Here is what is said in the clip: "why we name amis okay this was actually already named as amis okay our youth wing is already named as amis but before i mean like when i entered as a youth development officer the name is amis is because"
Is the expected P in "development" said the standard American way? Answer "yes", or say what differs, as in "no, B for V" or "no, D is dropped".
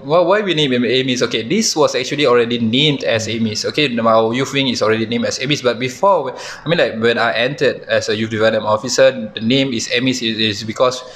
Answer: no, P is dropped